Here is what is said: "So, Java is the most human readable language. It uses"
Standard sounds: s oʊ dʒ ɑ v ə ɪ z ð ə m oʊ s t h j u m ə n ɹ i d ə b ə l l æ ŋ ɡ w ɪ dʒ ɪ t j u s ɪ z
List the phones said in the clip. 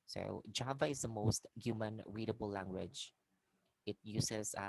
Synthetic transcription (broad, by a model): s oʊ dʒ ɑ v ə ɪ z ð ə m oʊ s t h j u m ə n ɹ i d ə b ə l l æ ŋ ɡ w ɪ dʒ ɪ t j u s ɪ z